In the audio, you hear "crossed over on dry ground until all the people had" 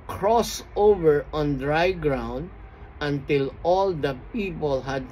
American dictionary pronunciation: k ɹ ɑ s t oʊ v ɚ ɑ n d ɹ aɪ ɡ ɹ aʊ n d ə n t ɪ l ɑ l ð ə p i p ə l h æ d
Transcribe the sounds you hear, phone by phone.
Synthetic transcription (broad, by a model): k ɹ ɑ s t oʊ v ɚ ɑ n d ɹ aɪ ɡ ɹ aʊ n d ə n t ɪ l ɑ l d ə p i p ə l h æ d